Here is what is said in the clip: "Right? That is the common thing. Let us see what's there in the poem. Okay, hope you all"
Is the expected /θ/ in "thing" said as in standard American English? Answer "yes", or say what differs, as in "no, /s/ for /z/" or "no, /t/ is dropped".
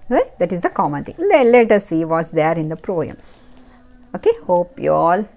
no, /t/ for /θ/